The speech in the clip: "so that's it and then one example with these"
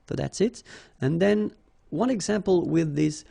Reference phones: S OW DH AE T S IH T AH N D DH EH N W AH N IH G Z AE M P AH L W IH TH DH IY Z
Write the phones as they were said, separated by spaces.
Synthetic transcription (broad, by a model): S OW DH AE T S IH T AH N DH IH N W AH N IH G Z AE M P AH L W IH DH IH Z